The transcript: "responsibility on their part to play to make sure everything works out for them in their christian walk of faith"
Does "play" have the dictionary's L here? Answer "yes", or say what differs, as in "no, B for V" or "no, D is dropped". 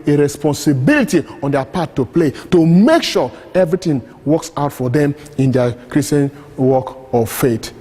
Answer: yes